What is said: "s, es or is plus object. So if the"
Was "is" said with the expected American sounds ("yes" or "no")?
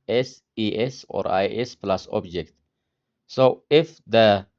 no